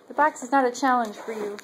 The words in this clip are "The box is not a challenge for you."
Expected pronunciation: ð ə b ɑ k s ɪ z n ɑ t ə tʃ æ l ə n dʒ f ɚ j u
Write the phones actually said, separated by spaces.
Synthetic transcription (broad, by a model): ð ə b ɑ k s ɪ z n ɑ t ə tʃ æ l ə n ʒ f ɚ j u